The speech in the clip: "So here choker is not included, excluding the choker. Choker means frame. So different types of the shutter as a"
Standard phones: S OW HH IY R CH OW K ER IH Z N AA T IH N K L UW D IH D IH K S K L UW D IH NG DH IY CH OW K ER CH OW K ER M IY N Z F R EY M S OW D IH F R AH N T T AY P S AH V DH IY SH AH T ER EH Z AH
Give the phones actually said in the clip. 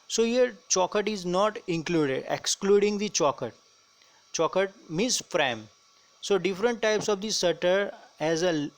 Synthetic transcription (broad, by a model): S OW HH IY R CH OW K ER IH Z N AA T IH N K L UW D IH D IH K S K L UW D IH NG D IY CH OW K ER CH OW K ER M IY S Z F R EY M S OW D IH F R AH N T T AY P S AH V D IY S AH T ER EH Z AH